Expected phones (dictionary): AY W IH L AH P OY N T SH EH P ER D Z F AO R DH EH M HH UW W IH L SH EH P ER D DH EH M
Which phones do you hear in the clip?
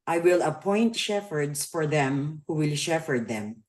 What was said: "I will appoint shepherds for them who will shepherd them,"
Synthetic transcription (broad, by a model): AY W IH L AH P OY N T SH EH F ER D S F AO R DH EH M HH UW W IH L SH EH F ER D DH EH M